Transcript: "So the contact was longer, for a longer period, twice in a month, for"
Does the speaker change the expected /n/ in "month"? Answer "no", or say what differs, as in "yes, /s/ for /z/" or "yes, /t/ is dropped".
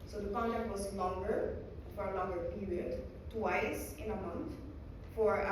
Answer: no